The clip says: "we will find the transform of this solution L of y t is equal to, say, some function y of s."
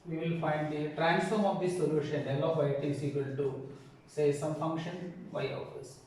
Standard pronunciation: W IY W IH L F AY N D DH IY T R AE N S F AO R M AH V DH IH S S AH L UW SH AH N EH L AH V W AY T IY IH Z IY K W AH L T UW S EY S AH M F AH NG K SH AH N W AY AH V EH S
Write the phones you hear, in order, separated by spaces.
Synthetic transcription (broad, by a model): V IY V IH L F AY N D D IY T R AE N S F AO R M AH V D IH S S AH L UW SH AH N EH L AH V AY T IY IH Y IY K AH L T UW S EY S AH M F AH NG K SH AH N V AY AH F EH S